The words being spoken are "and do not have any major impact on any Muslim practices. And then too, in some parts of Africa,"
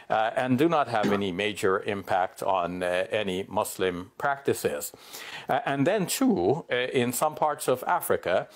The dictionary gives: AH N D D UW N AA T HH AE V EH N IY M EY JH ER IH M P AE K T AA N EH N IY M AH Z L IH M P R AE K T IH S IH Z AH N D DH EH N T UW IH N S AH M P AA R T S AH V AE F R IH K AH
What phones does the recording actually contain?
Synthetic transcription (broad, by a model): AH N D D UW N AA T HH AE V EH N IY M EY JH ER IH M P AE K T N EH N IY M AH S L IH M P R AE K T IH S IH Z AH N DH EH N T UW IH N S AH M P AA R T S AH V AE F R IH K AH